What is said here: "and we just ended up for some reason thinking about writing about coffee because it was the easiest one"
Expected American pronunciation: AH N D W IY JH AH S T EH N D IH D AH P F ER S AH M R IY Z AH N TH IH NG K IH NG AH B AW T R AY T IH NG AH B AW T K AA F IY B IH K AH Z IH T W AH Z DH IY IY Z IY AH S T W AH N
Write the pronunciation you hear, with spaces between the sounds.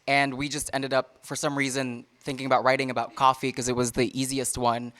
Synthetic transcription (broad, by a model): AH N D W IY JH AH S T EH N D IH D AH P F ER S AH M R IY Z AH N TH IH NG K IH NG AH B AW T R AY T IH NG AH B AW T K AA F IY K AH Z IH T W AH Z DH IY IY Z IY AH S T W AH N